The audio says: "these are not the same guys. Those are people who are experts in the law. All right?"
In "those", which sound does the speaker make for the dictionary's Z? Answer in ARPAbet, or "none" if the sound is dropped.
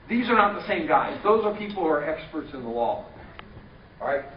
Z